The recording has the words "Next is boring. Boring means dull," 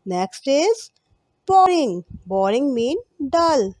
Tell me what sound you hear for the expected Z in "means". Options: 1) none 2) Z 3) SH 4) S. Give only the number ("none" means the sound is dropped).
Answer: 1